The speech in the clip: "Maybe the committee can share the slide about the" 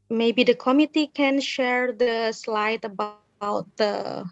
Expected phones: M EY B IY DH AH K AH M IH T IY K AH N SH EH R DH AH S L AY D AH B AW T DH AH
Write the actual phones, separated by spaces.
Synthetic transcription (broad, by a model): M EY B IY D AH K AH M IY T IY K AH N SH EH R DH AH S L AY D AH B AW T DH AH